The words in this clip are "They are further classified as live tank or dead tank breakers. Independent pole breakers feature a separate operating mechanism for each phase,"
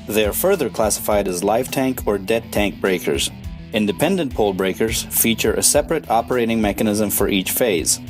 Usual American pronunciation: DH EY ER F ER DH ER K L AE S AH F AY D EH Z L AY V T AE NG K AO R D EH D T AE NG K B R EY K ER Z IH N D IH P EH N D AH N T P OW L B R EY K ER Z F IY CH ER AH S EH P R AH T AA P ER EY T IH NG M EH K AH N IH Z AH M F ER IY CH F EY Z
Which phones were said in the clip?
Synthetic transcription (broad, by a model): DH EY ER F ER DH ER K L AE S AH F AY D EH Z L AY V T AE NG K AO R D EH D T AE NG K B R EY K ER Z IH N D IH P EH N D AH N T P OW L B R EY K ER Z F IY CH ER AH S EH P R AH T AA P ER EY T IH NG M EH K AH N IH Z AH M F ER IY CH F EY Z